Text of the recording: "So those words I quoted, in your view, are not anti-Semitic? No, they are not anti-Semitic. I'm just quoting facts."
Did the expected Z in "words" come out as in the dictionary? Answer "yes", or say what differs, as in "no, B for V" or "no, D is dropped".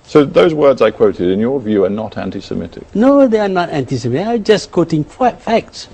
yes